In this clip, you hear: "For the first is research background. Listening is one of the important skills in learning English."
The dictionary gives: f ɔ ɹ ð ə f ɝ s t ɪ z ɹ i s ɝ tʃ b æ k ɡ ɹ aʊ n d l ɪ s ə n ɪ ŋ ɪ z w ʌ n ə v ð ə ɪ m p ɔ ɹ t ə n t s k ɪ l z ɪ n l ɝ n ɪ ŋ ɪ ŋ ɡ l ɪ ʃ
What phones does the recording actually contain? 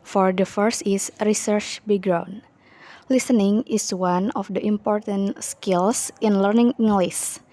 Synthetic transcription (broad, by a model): f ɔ ɹ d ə f ɝ s t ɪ s ɹ i s ɝ tʃ b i ɡ ɹ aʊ n l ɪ s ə n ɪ ŋ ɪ s w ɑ n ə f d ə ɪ m p ɔ ɹ t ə n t s k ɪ l s ɪ n l ɝ n ɪ ŋ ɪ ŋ ɡ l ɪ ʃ